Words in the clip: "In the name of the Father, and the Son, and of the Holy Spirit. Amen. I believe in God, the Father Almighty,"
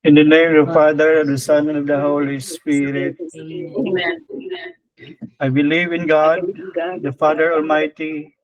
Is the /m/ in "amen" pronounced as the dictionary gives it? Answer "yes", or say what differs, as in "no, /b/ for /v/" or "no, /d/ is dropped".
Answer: no, /m/ is dropped